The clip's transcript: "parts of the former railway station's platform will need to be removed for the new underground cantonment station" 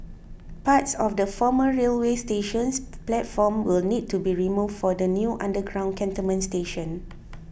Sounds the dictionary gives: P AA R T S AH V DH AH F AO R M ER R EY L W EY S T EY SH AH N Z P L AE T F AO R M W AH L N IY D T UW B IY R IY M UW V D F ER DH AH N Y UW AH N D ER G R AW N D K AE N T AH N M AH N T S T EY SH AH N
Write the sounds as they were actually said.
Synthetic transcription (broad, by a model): P AA T S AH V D AH F AO M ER R EY L W EY S T EY SH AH N S P L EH T F AO M W AH L N IY D T UW B IY R IY M UW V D F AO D AH N Y UW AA N D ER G R AW N K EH N T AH M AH N S T EY SH AH N